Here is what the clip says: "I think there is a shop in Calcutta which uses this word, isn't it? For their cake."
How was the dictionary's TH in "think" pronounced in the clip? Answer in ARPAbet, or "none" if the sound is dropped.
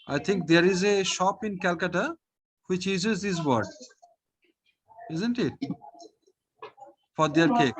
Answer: T